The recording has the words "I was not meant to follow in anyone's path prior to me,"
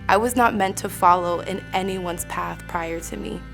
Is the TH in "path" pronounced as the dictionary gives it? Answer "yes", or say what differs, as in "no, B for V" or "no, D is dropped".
yes